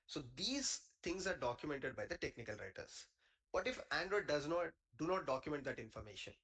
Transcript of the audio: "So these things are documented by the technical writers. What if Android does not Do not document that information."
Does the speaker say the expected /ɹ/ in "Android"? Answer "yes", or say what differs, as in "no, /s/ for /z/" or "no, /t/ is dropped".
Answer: yes